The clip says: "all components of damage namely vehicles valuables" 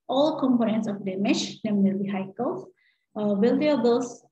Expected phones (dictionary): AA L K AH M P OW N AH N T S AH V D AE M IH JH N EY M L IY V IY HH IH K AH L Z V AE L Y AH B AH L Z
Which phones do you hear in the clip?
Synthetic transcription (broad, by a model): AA L K AH M P OW N AH N T S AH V D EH M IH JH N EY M N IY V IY HH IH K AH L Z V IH L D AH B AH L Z